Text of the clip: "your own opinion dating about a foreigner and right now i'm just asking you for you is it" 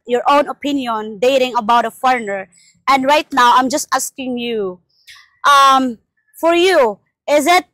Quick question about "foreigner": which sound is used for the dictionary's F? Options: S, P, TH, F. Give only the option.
F